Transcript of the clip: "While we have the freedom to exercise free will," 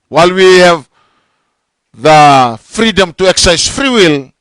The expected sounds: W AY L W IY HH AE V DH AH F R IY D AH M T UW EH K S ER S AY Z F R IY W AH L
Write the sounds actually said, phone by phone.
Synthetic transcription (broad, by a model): W AY L W IY HH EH V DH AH F R IY D AH M T UW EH K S S AY S F R IY W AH L